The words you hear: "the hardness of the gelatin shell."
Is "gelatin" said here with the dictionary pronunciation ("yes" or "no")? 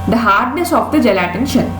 yes